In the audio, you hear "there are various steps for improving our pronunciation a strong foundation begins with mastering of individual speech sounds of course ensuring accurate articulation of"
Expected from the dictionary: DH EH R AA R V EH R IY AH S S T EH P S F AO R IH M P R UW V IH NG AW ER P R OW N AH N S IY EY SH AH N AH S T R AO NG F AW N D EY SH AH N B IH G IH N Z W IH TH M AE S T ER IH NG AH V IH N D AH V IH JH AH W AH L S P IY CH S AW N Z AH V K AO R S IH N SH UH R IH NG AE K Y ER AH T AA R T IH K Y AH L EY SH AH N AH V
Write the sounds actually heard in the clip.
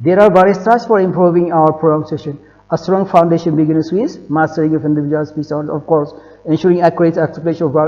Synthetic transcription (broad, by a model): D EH R AA R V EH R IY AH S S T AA S F AO R IH M P R UW V IH NG AW ER P R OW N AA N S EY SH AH N AH S T R AO NG F AW N D EY SH AH N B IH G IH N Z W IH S M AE S T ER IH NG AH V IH N D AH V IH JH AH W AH L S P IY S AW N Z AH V K AO R S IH N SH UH R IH NG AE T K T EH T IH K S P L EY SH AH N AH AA